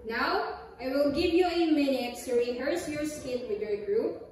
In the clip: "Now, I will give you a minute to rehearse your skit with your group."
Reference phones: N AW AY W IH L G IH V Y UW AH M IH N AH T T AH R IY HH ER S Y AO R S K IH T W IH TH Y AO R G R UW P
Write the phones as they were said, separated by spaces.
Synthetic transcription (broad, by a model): N AW AY W IH L G IH V Y UW AH M IH N AH T S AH R IY HH ER S Y AO R S K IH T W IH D Y AO R G R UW P